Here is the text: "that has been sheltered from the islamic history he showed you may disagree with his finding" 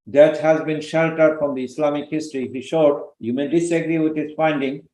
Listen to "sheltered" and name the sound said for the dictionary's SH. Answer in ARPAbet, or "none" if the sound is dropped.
SH